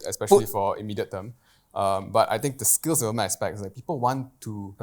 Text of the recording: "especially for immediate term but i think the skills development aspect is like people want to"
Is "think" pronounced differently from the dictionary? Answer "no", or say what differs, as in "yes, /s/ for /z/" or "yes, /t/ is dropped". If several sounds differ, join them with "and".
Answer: yes, /t/ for /θ/